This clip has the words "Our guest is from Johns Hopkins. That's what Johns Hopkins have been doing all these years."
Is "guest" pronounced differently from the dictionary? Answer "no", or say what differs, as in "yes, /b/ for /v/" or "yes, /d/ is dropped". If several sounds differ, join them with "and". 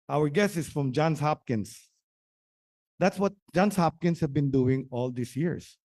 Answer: yes, /t/ is dropped